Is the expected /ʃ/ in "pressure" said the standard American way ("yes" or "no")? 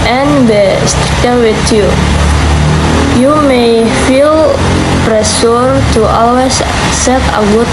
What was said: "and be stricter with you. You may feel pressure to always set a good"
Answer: no